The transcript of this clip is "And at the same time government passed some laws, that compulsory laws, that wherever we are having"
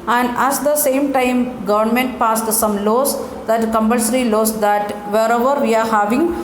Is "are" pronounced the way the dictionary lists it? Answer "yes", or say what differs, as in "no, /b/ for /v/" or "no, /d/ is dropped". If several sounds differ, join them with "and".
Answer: yes